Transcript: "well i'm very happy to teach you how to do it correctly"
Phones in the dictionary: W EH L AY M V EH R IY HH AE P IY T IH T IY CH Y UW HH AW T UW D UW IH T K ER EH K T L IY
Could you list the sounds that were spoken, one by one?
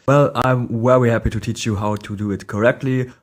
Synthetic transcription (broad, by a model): W EH L AY M W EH W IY HH AE P IY T IH T IY CH Y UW HH AW T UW D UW IH T K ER EH K T L IY